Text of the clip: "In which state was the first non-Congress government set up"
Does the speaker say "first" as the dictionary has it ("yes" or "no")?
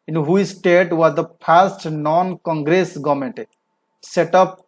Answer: no